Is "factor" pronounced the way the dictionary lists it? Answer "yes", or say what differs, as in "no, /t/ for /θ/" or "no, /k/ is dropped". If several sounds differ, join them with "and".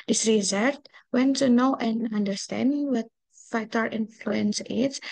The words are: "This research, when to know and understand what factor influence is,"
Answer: no, /k/ is dropped